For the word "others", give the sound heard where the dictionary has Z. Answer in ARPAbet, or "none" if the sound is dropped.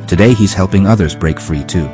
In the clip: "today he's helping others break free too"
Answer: Z